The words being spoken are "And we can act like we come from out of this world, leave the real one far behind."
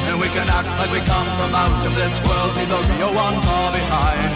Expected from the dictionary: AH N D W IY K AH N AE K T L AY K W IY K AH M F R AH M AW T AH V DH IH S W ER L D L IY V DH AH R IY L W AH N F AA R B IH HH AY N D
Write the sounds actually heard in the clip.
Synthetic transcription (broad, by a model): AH N W IY K AH N AE K T L AY K W IY K AH M F R AH M AW T AH V DH IH S W ER L D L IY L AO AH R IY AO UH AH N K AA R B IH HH AY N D